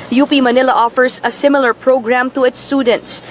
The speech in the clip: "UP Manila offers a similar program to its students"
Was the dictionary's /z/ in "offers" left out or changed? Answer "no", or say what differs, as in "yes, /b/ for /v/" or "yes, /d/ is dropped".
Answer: yes, /s/ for /z/